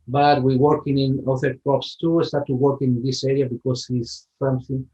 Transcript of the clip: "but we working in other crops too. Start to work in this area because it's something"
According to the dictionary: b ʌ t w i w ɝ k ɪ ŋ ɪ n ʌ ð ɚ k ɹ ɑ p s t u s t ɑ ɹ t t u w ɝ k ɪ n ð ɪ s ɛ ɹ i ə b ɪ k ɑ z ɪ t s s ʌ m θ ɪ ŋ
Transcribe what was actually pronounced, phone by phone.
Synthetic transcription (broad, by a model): b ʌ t w i w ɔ k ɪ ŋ ɪ n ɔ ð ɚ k ɑ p s t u s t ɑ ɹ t t u w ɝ k ɪ n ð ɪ s ɛ ɹ i ə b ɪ k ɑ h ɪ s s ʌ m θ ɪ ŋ